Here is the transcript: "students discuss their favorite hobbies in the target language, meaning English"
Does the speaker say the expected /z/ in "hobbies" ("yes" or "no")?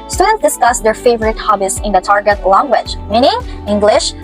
no